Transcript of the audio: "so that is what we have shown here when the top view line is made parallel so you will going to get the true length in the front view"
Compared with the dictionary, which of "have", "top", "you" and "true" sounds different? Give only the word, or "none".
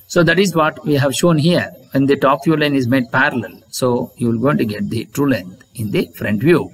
none